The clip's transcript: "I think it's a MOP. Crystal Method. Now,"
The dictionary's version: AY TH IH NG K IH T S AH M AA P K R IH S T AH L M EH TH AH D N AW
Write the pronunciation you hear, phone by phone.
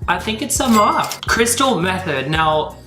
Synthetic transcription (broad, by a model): AY TH IH NG K IH T S AH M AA K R IH S T L M EH TH AH D N AW